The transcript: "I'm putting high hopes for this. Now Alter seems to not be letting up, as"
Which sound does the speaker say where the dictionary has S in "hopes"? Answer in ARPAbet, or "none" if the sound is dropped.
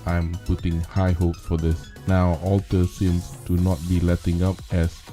none